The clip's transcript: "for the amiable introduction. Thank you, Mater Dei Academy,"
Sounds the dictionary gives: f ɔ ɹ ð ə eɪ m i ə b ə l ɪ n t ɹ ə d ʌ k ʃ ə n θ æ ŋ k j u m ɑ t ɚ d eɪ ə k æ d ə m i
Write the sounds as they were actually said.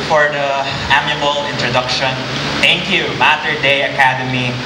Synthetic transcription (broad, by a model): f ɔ ɹ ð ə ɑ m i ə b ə l ɪ n t ɹ ə d ʌ k ʃ ə n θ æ ŋ k j u m ɑ t ɚ d eɪ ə k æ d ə m i